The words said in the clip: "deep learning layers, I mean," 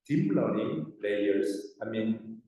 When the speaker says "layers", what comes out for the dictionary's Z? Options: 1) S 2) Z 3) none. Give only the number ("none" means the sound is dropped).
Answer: 1